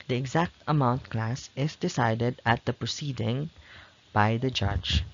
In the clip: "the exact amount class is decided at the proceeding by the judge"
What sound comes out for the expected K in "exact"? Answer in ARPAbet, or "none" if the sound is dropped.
K